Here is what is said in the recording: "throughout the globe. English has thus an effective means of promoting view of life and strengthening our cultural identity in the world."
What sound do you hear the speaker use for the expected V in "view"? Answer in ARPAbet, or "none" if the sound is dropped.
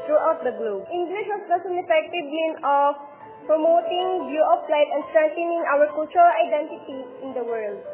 B